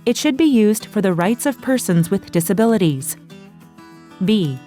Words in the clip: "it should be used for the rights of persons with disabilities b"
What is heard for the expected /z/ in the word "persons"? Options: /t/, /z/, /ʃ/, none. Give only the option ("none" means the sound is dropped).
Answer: /z/